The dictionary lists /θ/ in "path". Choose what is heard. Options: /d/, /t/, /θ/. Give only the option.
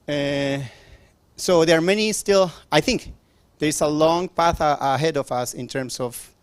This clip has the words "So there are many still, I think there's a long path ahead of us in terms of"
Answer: /θ/